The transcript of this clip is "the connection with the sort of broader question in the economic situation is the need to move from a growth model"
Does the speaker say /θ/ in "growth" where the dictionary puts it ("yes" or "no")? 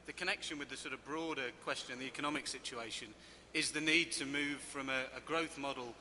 yes